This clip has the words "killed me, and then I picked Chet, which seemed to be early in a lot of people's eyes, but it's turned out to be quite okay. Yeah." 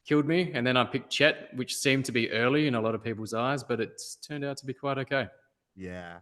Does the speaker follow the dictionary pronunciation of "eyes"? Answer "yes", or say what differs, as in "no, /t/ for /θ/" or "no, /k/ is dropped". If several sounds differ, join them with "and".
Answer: yes